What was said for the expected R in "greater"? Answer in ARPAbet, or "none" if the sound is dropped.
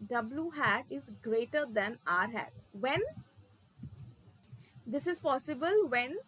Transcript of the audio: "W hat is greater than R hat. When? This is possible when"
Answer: R